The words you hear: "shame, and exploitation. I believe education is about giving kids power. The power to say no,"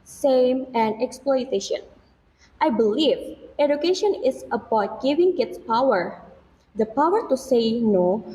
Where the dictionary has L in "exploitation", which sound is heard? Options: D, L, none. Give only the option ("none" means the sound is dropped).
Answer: L